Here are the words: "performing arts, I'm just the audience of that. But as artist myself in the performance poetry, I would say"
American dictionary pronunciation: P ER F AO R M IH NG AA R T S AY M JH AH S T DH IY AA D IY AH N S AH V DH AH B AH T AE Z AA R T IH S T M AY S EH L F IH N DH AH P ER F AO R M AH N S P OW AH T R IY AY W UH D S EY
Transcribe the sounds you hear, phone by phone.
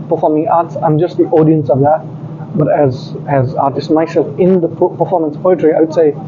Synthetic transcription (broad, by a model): P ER F AO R M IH NG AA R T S AY M JH AH S T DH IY AA D IY AH N S AH V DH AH B AH T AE Z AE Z T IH S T M AY S EH L F IH N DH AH P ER F AO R M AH N S P OW AH T R IY AY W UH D S EY